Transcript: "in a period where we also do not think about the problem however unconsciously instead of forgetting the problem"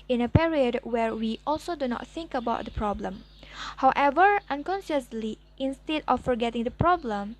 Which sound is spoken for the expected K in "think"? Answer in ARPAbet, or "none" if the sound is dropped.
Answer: K